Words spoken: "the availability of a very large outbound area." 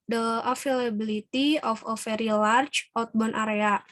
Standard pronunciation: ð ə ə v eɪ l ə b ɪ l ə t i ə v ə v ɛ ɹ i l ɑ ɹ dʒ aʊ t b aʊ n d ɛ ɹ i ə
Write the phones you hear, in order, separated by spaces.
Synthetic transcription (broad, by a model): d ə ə f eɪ l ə b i l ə t i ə f ə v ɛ ɹ i l ɑ ɹ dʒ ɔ t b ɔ n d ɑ ɹ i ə